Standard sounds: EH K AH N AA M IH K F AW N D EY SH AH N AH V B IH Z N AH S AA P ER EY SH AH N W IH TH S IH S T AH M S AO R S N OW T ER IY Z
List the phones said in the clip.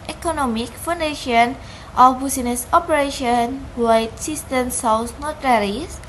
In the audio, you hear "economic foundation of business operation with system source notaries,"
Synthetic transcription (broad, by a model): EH K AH N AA M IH K F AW N D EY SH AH N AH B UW S N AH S AA P ER EY SH AH N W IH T S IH S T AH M S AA W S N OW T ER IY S